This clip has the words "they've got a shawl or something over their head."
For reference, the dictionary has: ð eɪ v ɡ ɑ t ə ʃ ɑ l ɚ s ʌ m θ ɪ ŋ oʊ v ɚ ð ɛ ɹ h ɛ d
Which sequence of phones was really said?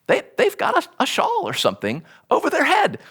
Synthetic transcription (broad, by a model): ð eɪ v ɡ ɑ t ə ʃ ɑ l ɚ s ʌ m θ ɪ ŋ oʊ v ɚ ð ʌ ɹ h ɛ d